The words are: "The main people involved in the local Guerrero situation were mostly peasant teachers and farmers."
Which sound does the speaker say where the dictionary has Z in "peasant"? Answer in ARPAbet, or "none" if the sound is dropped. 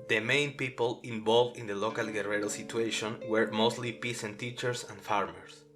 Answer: S